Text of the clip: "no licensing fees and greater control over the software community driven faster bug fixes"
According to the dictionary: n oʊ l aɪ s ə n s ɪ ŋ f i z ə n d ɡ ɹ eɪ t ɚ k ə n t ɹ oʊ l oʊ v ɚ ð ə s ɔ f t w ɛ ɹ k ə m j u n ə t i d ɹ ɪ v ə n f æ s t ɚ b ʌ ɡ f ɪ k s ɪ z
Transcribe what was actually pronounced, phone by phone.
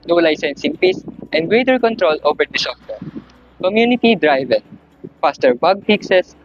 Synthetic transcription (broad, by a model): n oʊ l aɪ s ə n s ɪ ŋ p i s ə n d ɡ ɹ eɪ t ɚ k ə n t ɹ oʊ l oʊ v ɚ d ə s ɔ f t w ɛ ɹ k ə m j u n ə t i d ɹ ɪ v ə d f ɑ s t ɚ b ʌ ɡ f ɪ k s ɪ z